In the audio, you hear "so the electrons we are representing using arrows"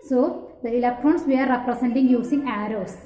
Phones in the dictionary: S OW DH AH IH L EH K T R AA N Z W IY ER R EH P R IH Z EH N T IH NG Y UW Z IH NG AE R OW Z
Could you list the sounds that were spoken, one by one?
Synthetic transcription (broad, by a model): S OW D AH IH L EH K T R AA N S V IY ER R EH P R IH S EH N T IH NG Y UW S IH NG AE R OW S